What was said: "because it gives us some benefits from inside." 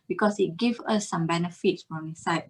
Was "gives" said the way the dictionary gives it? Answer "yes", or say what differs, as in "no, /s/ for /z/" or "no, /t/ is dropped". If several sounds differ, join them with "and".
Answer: no, /z/ is dropped